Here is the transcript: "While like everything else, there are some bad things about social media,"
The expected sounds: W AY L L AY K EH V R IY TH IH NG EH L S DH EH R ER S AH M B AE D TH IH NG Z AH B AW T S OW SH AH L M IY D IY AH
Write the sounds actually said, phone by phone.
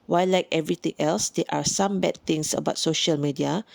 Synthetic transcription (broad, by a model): W AY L L AY K EH V R IY T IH NG EH L S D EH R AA S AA M B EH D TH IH NG S AH B AW T S OW SH AH L M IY D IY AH